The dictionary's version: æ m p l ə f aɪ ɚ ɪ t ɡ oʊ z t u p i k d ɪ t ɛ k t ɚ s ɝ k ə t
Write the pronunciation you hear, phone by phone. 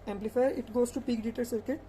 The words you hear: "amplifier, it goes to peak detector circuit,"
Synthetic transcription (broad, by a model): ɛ m p l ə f aɪ ɪ t ɡ oʊ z t u p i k d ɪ t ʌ t s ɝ k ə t